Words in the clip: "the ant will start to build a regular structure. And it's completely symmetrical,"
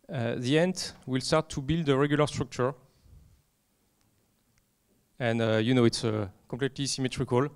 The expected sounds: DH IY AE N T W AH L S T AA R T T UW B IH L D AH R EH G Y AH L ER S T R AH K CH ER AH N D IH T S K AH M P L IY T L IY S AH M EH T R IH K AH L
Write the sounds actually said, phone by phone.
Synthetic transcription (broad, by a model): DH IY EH N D W AH L S T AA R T T UW B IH L D AH R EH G Y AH L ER S T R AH K CH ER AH N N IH T S K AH P L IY T L IY S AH M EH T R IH K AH L